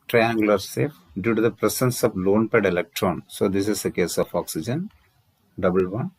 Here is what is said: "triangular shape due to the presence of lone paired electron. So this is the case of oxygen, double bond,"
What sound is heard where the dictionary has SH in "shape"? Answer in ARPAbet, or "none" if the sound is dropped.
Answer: S